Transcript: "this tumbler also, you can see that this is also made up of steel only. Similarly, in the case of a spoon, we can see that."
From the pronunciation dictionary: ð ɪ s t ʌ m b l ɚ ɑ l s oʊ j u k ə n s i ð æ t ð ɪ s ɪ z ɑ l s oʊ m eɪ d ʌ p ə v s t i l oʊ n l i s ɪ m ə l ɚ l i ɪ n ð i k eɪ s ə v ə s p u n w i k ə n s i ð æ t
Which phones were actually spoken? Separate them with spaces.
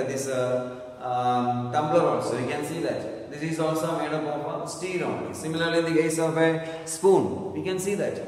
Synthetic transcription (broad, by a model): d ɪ s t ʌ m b ɚ ɑ l s oʊ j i k ə n s i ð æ t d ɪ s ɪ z ɑ l s oʊ m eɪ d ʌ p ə p s t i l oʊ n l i s ɪ m ə l ɚ l i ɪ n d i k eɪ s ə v ə s p u n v i k ə n s i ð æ t